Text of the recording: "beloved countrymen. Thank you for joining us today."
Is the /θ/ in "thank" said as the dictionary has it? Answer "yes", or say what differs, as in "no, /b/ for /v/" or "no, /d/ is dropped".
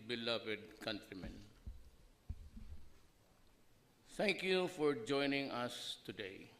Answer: no, /t/ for /θ/